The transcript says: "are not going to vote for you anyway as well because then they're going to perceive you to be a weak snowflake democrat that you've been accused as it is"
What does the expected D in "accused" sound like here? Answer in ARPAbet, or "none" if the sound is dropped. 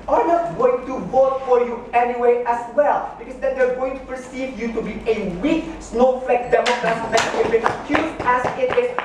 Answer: none